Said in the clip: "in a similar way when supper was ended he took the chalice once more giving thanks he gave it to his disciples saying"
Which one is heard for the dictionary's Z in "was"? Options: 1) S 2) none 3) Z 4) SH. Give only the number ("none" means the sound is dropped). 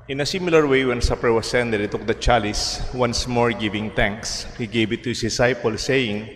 1